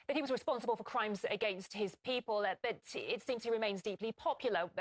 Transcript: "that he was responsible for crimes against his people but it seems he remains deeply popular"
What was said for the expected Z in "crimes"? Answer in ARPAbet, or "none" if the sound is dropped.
Z